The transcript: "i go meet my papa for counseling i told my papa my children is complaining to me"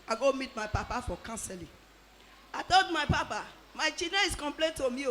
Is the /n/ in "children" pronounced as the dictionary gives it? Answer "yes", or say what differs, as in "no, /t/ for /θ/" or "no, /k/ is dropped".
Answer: no, /n/ is dropped